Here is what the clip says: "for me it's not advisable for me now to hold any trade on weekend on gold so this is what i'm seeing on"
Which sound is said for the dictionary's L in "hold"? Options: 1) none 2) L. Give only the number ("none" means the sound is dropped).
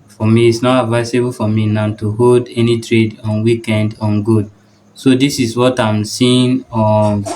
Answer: 2